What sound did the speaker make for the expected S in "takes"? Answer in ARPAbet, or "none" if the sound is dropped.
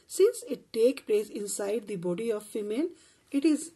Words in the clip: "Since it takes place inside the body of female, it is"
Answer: none